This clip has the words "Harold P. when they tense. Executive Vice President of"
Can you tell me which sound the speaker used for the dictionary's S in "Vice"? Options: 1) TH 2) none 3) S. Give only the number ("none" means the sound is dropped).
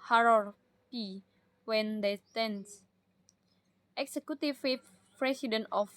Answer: 2